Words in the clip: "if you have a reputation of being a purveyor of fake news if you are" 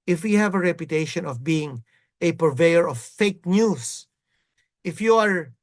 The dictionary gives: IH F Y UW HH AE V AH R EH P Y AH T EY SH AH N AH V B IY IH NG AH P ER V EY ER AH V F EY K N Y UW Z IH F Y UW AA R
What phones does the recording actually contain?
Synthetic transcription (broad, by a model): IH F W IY HH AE V AH R EH P Y AH T EY SH AH N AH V B IY IH NG AH P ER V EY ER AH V F EY K N Y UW S IH F Y UW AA R